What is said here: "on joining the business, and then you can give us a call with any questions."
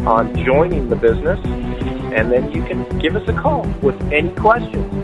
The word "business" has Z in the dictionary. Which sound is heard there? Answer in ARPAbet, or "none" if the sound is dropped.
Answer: Z